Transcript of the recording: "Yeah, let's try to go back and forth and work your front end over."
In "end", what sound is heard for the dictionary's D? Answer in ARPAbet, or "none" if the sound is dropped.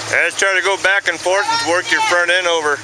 none